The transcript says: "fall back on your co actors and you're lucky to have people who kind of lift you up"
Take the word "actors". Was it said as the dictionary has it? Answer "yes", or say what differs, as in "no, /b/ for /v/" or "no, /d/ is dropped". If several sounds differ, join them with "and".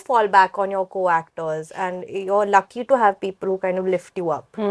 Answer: yes